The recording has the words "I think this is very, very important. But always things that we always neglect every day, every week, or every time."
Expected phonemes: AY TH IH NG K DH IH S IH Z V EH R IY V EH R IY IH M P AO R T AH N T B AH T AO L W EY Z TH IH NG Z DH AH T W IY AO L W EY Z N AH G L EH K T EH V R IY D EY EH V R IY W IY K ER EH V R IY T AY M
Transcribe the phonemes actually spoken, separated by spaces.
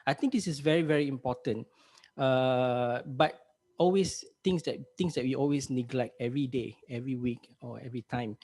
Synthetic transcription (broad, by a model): AY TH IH NG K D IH S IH S V EH R IY V EH R IY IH M P AO T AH N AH B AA T AO L W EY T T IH NG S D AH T W IY AO L W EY S N AH G L EH K T EH V R IY D EY EH V R IY W IY K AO EH V R IY T AY M